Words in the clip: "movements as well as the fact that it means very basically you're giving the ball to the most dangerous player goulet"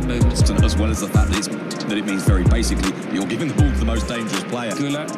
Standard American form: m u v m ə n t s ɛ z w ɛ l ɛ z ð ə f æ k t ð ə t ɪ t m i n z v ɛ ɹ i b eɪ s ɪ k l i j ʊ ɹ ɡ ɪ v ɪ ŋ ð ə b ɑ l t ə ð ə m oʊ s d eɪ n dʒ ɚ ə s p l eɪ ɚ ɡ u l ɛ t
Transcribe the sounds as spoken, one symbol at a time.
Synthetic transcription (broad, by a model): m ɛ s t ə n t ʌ z w ɛ l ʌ z ð ə f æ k t ð ə t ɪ t m i n z v ɛ ɹ i b eɪ s ɪ k l i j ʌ l ɡ ɪ v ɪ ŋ ð ə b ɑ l t ə ð ə m oʊ s d eɪ n dʒ ɚ ə s p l eɪ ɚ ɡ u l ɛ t